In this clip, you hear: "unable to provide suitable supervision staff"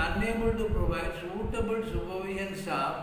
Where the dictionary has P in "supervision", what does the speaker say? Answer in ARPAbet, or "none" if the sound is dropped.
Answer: B